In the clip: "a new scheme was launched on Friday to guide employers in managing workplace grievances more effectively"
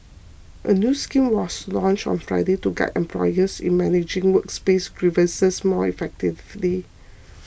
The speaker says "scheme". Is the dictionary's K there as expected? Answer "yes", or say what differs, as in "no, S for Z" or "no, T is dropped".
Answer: yes